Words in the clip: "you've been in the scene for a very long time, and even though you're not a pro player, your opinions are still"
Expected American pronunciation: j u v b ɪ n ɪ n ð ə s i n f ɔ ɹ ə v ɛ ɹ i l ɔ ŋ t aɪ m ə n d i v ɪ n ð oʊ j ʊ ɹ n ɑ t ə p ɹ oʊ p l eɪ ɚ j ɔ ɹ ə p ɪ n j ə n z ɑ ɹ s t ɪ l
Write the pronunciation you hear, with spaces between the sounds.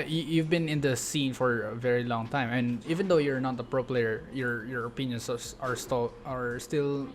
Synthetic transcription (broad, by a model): j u v b ɪ n ɪ n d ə s i n f ɔ ɹ ə v ɛ ɹ i l ɔ ŋ t aɪ m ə n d i v ɪ n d oʊ j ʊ ɹ n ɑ t ə p ɹ oʊ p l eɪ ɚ j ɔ ɹ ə p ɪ n j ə n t ɑ ɹ s t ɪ l